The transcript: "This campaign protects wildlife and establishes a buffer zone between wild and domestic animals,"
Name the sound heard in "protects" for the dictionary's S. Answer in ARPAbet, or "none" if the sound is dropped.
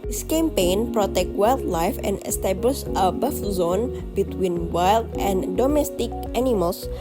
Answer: none